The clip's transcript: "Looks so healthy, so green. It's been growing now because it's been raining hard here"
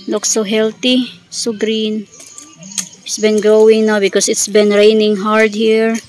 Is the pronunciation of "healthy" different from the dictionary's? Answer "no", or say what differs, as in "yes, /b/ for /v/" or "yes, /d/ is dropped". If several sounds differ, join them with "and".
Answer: yes, /t/ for /θ/